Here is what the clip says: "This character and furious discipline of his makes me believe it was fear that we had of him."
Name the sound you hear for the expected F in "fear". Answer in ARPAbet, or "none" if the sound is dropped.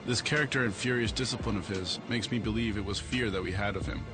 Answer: F